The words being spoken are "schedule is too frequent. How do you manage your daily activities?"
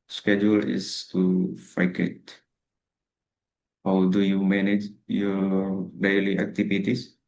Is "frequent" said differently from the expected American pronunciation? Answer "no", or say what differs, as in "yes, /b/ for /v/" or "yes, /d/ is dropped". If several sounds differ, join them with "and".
yes, /ɹ/ is dropped and /n/ is dropped